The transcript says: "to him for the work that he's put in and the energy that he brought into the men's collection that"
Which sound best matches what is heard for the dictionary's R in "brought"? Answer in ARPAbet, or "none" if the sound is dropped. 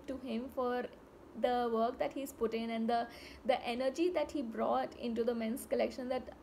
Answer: R